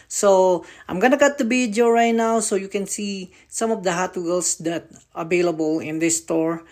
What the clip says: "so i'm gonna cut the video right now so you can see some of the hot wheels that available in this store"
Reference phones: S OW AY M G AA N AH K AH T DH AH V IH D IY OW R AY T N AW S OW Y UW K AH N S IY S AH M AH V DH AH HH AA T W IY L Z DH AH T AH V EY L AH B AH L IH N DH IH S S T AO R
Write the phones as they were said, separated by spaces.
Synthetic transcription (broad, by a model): S OW AY M G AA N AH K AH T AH B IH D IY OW R AY T N AW S OW Y UW K AH N S IY S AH M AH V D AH HH AA T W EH L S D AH T AH V EY L AH B AH L IH N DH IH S S T AO R